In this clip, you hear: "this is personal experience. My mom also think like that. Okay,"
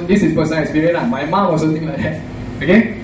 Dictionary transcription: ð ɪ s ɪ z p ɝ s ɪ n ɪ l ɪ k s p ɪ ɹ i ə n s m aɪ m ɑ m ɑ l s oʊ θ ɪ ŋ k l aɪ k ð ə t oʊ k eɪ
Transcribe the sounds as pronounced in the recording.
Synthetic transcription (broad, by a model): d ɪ s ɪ s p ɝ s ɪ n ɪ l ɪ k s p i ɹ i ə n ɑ m aɪ m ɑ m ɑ s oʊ t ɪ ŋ l aɪ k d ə t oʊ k eɪ